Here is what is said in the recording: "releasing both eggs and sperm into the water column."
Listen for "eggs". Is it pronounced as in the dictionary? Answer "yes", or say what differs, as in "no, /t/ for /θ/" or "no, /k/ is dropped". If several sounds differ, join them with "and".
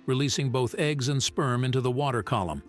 yes